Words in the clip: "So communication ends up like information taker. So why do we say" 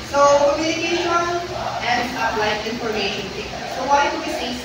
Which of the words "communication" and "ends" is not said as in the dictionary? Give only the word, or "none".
ends